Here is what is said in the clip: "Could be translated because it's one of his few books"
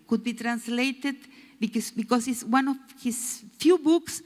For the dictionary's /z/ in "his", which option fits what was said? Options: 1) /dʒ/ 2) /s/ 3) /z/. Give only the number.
2